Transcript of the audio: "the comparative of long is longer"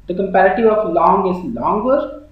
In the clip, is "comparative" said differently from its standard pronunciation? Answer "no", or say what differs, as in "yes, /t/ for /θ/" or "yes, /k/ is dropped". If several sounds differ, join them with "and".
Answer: no